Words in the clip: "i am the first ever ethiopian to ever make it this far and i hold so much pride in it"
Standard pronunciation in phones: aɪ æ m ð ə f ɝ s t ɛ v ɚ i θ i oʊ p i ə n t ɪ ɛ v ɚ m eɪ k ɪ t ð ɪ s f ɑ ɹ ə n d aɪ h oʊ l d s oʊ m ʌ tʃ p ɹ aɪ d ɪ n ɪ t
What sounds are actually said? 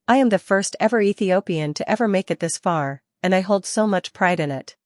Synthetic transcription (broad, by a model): aɪ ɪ m ð ə f ɝ s t ɛ v ɚ i θ i oʊ p i ə n t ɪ ɛ v ɚ m eɪ k ɪ t ð ɪ s f ɑ ɹ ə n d aɪ h oʊ l d s oʊ m ʌ tʃ p ɹ aɪ d ɪ n ɪ t